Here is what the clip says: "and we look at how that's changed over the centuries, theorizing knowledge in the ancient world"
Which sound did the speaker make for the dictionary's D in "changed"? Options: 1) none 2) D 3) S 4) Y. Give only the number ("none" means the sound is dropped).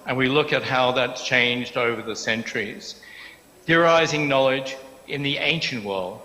2